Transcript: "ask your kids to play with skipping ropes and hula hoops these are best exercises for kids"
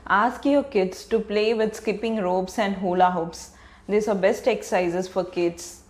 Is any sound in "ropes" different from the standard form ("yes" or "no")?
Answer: yes